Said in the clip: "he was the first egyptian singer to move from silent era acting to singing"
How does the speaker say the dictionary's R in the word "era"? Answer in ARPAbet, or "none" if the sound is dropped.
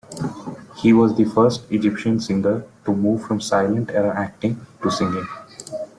R